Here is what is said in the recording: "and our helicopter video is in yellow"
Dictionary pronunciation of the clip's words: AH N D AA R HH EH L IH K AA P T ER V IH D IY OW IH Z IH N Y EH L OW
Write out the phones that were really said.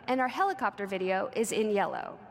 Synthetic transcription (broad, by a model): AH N AA R HH EH L IH K AA P T ER V IH D IY OW IH Z IH N Y EH L OW